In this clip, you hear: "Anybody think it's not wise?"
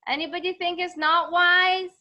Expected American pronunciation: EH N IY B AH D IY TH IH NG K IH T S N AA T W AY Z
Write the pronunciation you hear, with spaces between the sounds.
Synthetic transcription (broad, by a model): EH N IY B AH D IY TH IH NG K IH T S N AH T W AY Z